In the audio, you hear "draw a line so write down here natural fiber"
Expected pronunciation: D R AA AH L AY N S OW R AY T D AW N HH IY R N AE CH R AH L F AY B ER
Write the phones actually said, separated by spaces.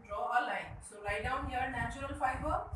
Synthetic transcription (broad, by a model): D R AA AH L AY N S OW L AY D AW N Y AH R N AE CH R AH L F AY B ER